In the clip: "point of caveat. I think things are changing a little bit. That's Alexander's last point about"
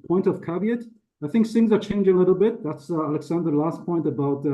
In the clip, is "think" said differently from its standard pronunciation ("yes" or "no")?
no